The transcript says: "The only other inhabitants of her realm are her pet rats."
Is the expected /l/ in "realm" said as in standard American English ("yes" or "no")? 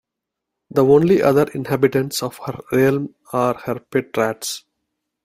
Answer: yes